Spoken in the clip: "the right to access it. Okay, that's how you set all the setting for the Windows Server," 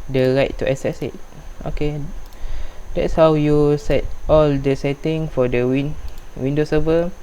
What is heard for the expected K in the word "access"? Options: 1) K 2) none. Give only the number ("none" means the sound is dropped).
2